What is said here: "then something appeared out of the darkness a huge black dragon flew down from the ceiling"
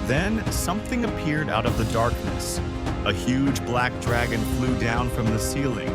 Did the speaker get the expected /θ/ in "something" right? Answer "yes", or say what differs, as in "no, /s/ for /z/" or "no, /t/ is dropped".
yes